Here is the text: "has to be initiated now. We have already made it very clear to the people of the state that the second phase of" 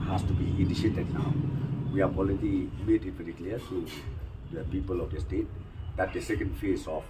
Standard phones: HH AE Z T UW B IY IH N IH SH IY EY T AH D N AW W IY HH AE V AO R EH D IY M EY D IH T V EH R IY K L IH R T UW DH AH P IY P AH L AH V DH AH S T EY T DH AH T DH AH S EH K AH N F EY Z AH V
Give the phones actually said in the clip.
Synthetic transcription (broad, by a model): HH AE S T UW B IY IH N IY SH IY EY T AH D N AW W IY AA P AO L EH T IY M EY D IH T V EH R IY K L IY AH T UW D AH P IY P AH L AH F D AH S T EY T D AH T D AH S EH K AH N F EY S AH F